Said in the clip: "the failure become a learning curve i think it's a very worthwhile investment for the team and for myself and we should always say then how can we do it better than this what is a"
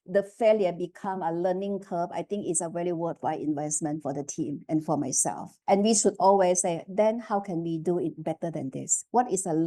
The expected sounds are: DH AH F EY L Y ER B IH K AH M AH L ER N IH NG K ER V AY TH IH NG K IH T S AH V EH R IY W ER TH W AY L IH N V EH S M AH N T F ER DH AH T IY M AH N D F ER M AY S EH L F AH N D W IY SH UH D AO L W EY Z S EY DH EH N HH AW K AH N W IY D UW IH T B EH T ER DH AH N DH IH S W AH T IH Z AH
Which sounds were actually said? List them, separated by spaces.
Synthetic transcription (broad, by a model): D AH F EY L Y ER B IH K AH M AH L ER N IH NG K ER B AY T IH NG K IH T S AH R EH L IY W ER T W AY IH N V EH S M AH N T F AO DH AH T IY M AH N F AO M AY S EH L F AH N W IY SH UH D AO L W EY S EY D EH N HH AW K AH N W IY D UW IH T B EH T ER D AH N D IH S W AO T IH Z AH